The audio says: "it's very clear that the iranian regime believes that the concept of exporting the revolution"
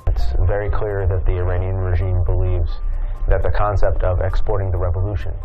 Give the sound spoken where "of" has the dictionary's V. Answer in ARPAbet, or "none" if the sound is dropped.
V